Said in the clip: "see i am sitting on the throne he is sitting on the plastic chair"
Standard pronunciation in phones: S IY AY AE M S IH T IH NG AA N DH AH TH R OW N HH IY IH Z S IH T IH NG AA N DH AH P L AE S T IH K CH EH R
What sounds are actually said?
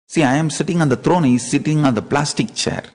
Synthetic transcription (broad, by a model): S IY AY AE M S IH T IH NG AA N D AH T R OW N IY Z S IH T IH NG AA N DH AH P L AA S T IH K CH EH R